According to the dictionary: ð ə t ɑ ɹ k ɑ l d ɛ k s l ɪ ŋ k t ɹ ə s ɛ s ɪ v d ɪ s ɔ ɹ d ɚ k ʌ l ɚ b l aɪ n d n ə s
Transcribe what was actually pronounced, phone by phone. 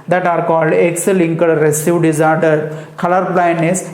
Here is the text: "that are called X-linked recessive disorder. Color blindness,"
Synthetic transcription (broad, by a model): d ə t ɑ ɹ k ɑ l d ɛ k s l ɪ ŋ k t ɹ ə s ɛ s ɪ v d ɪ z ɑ ɹ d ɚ k ʌ l ɚ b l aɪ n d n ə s